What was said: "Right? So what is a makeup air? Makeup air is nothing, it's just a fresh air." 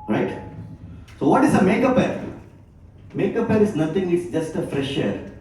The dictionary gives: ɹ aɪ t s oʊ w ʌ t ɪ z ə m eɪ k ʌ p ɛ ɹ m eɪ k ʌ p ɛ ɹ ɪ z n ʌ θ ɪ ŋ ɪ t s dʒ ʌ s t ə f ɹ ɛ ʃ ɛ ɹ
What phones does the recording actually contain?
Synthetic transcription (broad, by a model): ɹ aɪ t s oʊ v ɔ t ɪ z ə m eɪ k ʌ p ɛ ɹ m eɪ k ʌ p ɛ ɹ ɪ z n ʌ t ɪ ŋ ɪ t s dʒ ʌ s t ə f ɹ ɛ ʃ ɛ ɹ